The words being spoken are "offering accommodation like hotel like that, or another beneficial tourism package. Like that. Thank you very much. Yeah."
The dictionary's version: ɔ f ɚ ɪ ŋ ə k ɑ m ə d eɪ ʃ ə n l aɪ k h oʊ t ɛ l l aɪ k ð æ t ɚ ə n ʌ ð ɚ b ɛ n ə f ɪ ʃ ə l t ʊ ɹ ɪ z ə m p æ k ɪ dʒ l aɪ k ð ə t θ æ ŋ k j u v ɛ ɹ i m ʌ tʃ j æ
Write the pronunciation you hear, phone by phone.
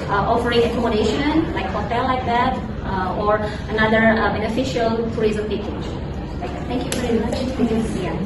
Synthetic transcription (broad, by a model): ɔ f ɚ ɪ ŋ ə k ɑ m ə d eɪ ʃ ə n l aɪ k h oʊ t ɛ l l aɪ k ð æ t ɚ ə n ʌ ð ɚ b ɛ n ə f ɪ ʃ ə l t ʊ ɹ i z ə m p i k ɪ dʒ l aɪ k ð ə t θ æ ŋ k j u v ɛ ɹ i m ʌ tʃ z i